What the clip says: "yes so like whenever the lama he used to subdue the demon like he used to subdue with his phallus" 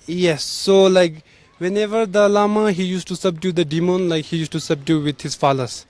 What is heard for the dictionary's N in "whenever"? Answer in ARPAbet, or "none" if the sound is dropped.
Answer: N